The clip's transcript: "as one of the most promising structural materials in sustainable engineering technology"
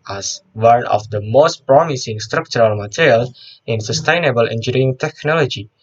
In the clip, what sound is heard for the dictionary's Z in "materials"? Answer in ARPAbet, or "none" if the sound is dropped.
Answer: none